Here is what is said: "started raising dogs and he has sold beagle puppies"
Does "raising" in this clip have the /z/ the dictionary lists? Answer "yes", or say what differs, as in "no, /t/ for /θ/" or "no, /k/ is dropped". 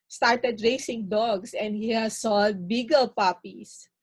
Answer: no, /s/ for /z/